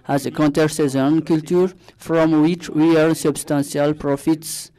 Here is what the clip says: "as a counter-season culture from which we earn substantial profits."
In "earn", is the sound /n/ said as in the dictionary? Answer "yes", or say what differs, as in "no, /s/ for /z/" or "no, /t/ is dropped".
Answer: no, /l/ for /n/